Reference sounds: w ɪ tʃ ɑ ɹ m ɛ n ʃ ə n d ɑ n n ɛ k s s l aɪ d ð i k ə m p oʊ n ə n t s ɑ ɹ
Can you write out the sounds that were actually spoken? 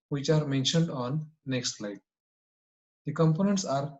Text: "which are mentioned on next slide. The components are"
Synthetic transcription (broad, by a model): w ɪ tʃ ɑ ɹ m ɛ n ʃ ə n d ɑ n n ɛ k s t l aɪ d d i k ə m p oʊ n ə n t s ɑ ɹ